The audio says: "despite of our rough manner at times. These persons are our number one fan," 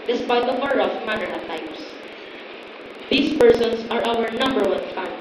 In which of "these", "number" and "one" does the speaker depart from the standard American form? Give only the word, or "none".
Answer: these